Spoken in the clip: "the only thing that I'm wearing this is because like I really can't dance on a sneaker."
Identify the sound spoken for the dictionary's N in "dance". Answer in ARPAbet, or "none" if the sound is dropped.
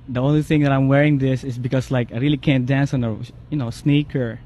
N